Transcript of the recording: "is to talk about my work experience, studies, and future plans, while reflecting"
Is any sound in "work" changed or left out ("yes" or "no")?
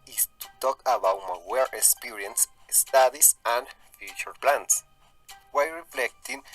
yes